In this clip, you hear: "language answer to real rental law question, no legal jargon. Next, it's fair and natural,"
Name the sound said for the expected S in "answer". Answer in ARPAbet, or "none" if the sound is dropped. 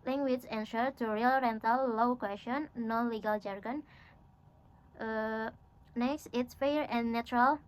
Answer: SH